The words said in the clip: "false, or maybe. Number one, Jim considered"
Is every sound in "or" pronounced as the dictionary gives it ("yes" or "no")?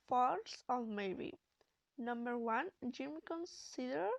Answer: no